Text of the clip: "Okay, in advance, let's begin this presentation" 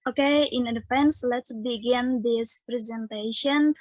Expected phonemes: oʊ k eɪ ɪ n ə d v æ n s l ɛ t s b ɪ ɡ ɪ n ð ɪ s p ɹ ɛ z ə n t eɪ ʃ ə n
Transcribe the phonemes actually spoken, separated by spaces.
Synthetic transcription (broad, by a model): oʊ k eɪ ɪ n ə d f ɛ n s l ɛ t s b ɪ ɡ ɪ n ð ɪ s p ɹ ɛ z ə n t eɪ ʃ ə n